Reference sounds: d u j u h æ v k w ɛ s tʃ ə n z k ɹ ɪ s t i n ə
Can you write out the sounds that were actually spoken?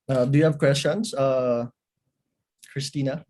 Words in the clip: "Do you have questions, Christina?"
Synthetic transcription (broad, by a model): d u j u h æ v k w ɛ s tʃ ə n s k ɹ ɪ s t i n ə